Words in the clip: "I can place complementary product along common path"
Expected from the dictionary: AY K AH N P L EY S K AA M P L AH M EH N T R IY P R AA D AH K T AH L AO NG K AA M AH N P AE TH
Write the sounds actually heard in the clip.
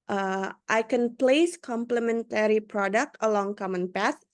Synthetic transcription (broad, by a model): AY K AH N P L EY S K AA M P L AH M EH N T R IY P R AA D AH K T AH L AO NG K AA M AH N P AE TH